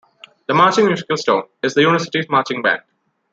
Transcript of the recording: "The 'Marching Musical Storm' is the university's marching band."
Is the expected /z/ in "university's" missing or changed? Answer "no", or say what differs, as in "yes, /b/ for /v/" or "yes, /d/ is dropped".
yes, /z/ is dropped